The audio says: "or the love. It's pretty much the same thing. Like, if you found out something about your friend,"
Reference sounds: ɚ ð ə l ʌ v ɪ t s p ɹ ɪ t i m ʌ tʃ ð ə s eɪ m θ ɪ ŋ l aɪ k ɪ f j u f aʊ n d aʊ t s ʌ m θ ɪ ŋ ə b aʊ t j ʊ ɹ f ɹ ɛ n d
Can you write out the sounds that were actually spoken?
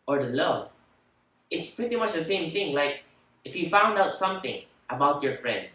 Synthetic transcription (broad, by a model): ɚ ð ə l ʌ ɪ t s p ɹ ɪ t i m ʌ tʃ ð ə s eɪ m θ ɪ ŋ l aɪ k ɪ f j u f aʊ n d aʊ t s ʌ m θ ɪ ŋ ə b aʊ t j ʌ ɹ f ɹ ɛ n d